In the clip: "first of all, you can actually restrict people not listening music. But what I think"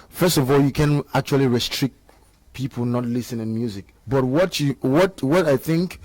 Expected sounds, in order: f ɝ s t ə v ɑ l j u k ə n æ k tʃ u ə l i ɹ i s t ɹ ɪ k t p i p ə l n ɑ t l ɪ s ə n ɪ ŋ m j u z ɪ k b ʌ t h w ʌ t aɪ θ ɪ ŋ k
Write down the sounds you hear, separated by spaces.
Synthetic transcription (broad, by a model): f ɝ s t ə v ɑ l j u k ə n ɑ k tʃ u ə l i ɹ i s t ɹ ɪ k t p i p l n ɑ t l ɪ s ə n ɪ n m j u z ɪ k b ʌ t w w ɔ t aɪ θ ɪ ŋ k